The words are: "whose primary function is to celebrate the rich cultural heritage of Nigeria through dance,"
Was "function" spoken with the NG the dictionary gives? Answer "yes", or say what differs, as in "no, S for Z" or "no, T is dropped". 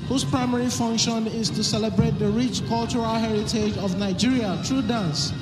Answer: yes